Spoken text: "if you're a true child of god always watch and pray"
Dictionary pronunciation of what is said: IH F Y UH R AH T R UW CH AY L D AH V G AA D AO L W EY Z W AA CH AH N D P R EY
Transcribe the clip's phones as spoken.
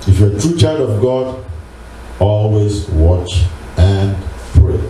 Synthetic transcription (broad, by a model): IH F Y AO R AH T R UW CH AY L D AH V G AA D AO L W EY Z W AA CH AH N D P R EY